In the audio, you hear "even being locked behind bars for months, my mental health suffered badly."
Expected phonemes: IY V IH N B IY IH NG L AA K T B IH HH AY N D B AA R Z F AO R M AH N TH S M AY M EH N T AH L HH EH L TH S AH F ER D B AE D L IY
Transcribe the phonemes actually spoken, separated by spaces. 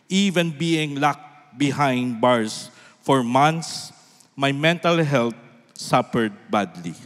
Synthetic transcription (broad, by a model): IY V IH N B IY IH NG L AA K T B IH HH AY N D B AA R S F AO R M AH N T S M AY M EH N T AH L HH EH L T S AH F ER D B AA D L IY